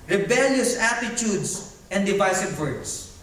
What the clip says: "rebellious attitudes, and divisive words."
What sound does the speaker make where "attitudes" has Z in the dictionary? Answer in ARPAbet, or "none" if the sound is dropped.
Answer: S